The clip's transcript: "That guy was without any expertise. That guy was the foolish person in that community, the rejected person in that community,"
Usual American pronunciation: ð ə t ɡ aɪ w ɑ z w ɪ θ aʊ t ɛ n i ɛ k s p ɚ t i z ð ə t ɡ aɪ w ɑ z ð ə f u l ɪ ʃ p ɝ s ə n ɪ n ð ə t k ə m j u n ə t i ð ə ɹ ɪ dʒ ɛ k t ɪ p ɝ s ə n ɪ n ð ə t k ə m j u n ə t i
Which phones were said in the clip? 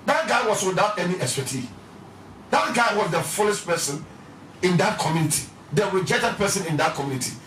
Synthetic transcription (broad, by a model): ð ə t ɡ aɪ w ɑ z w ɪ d aʊ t ɛ n i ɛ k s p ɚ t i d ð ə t ɡ aɪ w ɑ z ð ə f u l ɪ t p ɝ s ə n ɪ n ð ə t k ə m j u n ə t i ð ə w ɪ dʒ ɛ t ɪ p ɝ s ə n ɪ n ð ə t k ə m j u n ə t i